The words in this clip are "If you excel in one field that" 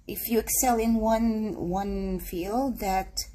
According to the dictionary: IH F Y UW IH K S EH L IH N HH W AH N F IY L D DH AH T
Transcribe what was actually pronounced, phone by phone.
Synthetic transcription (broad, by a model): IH F Y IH IH K S EH L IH N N W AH N F IY L D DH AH T